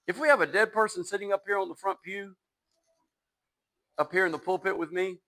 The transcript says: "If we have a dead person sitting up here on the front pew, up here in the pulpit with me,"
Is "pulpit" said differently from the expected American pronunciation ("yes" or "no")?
no